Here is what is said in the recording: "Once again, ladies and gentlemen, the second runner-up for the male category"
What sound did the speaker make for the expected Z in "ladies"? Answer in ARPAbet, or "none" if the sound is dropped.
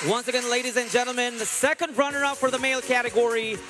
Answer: Z